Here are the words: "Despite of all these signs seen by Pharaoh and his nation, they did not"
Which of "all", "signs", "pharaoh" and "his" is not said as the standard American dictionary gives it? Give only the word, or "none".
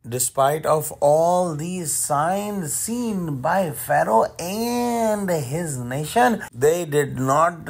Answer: none